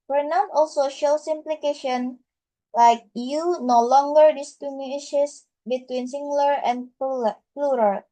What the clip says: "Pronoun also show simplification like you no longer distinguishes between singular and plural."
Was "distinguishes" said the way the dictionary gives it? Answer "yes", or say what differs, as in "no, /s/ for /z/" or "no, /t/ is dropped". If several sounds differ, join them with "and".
no, /s/ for /z/